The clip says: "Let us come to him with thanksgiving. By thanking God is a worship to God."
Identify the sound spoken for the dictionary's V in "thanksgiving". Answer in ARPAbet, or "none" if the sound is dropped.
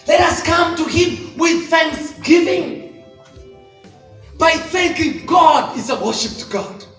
V